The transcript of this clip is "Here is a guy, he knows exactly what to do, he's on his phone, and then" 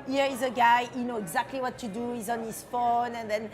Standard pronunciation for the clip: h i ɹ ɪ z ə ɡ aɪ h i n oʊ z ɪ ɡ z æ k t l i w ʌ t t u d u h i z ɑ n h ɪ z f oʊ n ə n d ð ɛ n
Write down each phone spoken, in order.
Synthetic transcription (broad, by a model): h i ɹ ɪ z ə ɡ aɪ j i n oʊ ɪ ɡ z æ k t l i w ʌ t t u d u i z ɑ n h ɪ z f oʊ n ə n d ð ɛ n